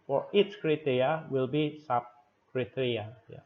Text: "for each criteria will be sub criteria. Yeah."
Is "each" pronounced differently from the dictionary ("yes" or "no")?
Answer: yes